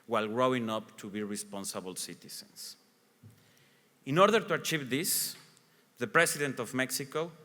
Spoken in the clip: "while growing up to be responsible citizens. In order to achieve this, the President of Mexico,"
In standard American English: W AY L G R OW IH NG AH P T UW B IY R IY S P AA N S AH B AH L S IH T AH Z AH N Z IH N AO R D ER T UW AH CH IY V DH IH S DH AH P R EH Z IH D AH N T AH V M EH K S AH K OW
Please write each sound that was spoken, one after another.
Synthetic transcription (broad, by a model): W AY L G R OW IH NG AH P T UW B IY R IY S P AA N S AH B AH L S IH T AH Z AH N S IH N AO R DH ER T UW AH CH IY V DH IH S DH AH P R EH S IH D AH N T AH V M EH K S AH K OW